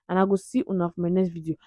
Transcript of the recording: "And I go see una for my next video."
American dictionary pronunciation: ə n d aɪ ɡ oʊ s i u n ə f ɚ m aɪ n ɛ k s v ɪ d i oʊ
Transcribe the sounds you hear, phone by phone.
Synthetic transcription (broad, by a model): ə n aɪ ɡ oʊ s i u n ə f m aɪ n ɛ s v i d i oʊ